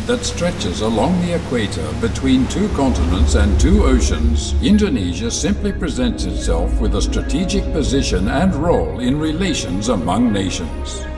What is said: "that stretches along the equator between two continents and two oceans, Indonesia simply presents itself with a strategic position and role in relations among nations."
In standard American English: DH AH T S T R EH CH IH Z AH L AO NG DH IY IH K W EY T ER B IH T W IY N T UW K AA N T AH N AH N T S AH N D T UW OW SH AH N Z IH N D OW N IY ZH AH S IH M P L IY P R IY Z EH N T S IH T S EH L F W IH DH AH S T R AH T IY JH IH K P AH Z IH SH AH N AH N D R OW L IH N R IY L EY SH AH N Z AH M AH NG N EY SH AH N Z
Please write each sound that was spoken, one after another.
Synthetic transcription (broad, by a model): DH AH T S T R EH CH IH Z AH L AO NG DH IY IH K W EY T ER B IH T W IY N T UW K AA N T AH N AH N T S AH N T UW OW SH AH N Z IH N D OW N IY ZH AH S IH M P L IY P R IY Z EH N T S IH T S EH L F W IH DH AH S T R AH T IY JH IH K P AH Z IH SH AH N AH N R OW L IH N R IY L EY SH AH N Z AH M AH NG N EY SH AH N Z